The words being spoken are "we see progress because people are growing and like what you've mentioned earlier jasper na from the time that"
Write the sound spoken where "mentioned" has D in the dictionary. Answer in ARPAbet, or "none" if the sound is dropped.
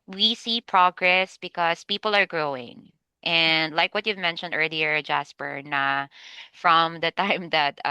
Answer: D